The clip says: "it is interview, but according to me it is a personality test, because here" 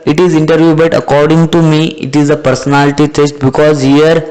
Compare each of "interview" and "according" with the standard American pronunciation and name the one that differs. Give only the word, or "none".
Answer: none